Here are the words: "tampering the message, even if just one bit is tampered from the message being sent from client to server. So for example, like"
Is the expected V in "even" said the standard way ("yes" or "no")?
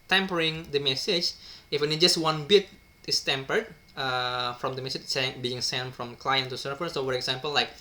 no